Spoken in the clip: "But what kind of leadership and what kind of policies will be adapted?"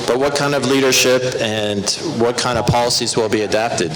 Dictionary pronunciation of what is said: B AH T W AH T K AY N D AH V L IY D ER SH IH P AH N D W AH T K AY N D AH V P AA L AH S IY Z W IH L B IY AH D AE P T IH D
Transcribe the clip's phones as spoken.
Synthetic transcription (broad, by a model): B AH T W AH T K AY N D AH V L IY D ER SH IH P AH N W AH T K AY N D AH V P AA L AH S IY Z W IH L B IY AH D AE P T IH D